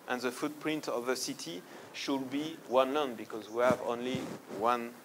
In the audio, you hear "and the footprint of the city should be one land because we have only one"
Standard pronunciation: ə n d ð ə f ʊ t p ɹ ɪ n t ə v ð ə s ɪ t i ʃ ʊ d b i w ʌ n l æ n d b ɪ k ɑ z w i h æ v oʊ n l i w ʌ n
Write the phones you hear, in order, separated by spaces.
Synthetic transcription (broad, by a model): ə n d ð ə f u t p ɹ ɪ n t ə v ð ə s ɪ t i ʃ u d b i w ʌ n l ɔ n b ɪ k ɑ z w i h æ v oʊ n l i w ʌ n